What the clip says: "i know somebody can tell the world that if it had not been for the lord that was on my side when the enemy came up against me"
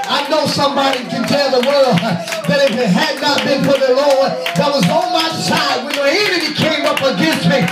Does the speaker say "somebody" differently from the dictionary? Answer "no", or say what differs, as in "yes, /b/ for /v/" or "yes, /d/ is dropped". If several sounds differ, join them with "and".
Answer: no